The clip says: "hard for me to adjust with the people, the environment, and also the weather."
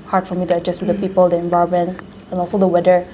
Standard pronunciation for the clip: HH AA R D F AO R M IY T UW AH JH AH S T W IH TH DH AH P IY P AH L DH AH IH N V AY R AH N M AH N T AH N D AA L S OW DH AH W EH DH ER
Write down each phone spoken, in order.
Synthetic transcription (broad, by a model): HH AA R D F AO R M IY T UW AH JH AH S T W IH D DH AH P IY P AH L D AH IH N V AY AH M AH N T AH N AA L S OW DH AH W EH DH ER